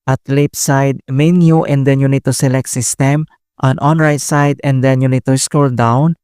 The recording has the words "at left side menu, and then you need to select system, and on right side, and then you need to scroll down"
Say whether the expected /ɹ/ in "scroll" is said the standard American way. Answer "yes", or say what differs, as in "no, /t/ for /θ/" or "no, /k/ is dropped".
no, /ɹ/ is dropped